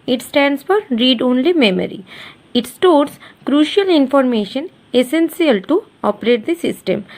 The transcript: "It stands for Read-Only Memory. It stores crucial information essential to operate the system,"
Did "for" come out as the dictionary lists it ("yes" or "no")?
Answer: yes